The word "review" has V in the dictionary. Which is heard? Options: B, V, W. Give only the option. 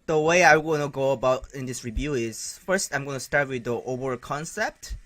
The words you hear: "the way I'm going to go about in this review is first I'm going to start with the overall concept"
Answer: V